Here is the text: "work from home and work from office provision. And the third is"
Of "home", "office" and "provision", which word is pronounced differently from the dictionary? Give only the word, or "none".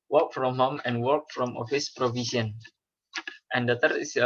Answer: provision